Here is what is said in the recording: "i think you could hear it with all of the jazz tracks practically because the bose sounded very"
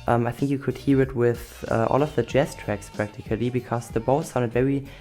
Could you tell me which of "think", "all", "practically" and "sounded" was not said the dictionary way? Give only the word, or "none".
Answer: none